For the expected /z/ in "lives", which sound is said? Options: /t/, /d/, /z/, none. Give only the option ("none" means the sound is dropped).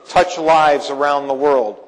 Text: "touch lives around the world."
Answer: /z/